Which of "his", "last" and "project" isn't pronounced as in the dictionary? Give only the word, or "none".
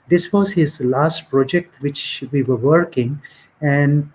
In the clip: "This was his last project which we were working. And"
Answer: none